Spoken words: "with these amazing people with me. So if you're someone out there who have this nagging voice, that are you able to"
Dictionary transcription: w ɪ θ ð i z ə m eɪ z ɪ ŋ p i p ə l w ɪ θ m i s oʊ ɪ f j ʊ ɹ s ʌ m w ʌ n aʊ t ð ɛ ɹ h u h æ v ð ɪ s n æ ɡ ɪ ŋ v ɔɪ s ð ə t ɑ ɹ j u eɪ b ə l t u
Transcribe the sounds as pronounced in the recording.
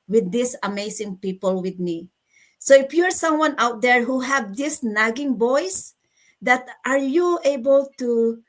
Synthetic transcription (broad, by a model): w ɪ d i s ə m eɪ s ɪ ŋ p i p ə l w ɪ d m i s oʊ ɪ f j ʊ ɹ s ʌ m w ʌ n aʊ t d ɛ ɹ h u h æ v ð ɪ s n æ ɡ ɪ ŋ b ɔɪ s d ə t ɑ ɹ j u eɪ b ə l t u